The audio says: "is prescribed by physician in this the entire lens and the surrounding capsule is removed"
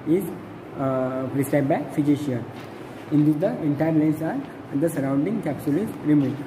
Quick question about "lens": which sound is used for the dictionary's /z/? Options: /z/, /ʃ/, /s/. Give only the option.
/s/